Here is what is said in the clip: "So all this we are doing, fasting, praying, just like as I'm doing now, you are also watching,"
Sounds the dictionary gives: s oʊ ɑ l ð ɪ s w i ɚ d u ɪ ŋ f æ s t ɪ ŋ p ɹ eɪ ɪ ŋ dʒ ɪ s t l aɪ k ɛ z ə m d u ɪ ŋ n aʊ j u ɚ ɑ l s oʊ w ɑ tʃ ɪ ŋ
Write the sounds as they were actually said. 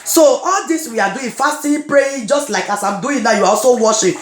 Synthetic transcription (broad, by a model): s oʊ ɑ l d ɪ s w i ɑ d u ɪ f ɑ s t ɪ p ɹ eɪ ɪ dʒ ɪ s t l aɪ k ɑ s ə m d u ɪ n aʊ j u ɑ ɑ s oʊ w ɑ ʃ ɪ